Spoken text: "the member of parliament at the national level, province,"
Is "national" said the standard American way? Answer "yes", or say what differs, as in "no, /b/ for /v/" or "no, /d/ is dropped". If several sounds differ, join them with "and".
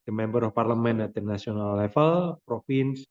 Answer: no, /ʃ/ is dropped